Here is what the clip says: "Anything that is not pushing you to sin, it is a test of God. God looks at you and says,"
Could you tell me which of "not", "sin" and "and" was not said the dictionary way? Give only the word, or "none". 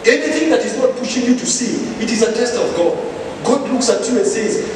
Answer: sin